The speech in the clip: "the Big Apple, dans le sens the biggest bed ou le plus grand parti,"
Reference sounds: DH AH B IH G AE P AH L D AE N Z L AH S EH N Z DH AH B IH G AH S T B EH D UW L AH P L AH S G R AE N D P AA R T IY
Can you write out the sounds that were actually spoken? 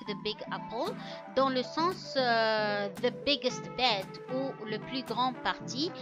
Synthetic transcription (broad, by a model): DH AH B IH G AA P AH L D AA L AH S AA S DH AH B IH G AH S T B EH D UW L AH P L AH G R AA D P AA R T IY